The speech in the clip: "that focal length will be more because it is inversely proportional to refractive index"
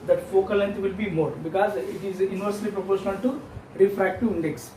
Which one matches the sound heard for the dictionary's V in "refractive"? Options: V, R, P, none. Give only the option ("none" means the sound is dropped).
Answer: none